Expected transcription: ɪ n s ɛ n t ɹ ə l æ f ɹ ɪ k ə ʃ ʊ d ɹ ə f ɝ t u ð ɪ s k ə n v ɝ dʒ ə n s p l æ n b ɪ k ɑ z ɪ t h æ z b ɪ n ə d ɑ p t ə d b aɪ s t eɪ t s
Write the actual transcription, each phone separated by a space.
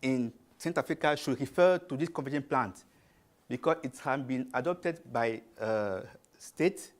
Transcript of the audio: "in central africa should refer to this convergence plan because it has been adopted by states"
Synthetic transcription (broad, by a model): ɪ n s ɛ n t ə f ɹ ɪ k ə ʃ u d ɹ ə f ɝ t u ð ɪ s k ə v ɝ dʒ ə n p l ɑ n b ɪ k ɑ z ɪ t h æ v b ɪ n ə d ɑ p t ə d b aɪ s t eɪ t